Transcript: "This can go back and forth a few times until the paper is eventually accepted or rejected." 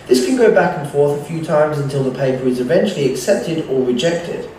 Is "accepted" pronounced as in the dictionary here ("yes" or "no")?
yes